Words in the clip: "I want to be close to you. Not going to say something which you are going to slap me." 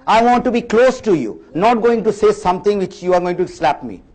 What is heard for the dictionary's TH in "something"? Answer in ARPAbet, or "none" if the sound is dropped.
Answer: T